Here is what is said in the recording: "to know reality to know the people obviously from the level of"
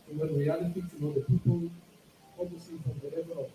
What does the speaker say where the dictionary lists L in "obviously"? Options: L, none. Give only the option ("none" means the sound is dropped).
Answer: none